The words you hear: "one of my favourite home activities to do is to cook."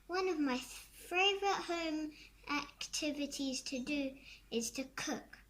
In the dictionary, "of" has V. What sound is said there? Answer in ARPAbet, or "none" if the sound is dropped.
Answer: V